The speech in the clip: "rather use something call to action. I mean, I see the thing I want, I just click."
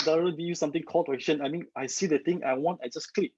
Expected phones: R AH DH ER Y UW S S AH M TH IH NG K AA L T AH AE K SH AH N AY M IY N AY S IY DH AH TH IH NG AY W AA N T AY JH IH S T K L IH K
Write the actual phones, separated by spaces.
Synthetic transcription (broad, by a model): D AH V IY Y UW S S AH M T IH NG K AA L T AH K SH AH N AY M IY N AY S IY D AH T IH NG AY W AA N T AY JH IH S K L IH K